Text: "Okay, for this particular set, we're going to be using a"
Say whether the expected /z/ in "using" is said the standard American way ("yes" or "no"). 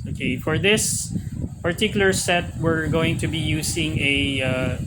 no